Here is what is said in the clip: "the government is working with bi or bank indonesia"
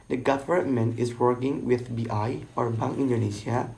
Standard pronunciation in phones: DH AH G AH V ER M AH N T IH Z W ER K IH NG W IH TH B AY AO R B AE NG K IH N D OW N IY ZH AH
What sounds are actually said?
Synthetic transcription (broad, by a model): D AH G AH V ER M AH N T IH S W ER K IH NG W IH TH B AY AO R B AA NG IH N D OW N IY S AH